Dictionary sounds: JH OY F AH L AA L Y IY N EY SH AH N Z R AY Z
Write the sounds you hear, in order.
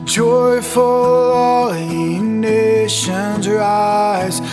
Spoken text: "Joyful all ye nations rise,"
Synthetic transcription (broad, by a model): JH OY F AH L AA L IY N EY SH AH N Z R AY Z